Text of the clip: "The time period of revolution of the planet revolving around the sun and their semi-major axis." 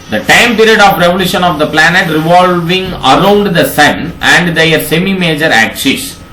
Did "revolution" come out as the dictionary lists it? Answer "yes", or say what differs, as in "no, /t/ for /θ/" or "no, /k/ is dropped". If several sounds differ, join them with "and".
yes